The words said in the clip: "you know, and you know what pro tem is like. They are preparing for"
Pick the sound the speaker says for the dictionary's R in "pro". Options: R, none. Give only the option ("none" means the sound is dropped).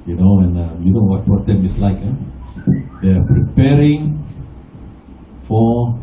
none